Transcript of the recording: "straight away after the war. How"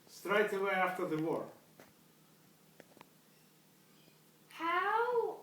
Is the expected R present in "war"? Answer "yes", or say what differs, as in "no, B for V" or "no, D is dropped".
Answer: yes